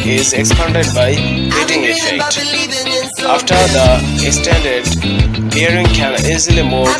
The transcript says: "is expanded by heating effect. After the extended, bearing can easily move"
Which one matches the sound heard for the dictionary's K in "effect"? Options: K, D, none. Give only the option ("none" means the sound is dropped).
K